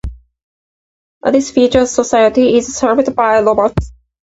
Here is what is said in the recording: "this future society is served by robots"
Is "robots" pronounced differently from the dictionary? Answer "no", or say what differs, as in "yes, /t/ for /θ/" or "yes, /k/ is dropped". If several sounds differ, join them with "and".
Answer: yes, /l/ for /ɹ/